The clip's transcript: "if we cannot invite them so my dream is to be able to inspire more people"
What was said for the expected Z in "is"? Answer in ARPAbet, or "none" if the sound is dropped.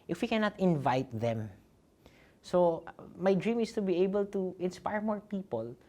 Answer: S